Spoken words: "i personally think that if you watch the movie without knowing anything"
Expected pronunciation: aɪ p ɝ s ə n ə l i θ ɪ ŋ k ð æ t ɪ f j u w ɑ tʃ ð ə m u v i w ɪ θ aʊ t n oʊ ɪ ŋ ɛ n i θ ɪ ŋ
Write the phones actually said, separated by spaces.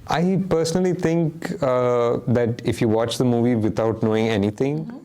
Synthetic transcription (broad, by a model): aɪ p ɝ s ə n ə l i t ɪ ŋ k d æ t ɪ f j u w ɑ tʃ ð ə m u v i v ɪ t aʊ t n oʊ ɪ ŋ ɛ n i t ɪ ŋ